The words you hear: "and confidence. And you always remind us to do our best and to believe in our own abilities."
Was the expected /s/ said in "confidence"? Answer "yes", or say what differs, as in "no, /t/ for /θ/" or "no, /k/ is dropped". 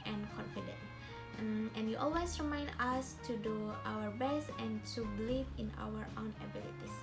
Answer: no, /s/ is dropped